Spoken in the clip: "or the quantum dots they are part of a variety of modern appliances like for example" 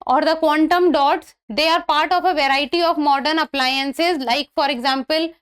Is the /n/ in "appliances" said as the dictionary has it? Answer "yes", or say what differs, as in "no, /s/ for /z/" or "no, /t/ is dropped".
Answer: yes